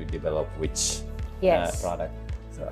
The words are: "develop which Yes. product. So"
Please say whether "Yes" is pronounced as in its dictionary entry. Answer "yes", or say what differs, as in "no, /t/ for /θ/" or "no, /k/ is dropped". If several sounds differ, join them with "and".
no, /s/ is dropped